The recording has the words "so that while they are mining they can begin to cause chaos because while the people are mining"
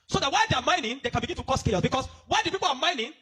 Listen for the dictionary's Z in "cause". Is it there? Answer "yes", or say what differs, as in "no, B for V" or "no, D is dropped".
no, S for Z